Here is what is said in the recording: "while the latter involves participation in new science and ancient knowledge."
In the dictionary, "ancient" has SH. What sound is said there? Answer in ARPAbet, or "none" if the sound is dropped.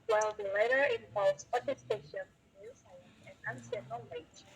S